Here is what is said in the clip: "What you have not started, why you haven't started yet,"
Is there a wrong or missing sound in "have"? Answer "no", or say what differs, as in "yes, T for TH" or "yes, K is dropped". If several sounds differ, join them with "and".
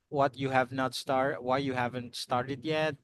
no